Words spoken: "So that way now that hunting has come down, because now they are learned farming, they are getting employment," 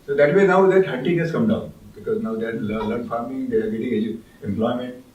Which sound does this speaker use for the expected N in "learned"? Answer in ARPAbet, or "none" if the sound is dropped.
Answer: L